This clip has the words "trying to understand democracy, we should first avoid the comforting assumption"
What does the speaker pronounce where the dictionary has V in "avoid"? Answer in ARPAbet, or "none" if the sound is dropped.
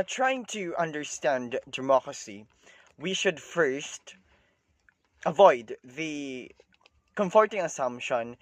V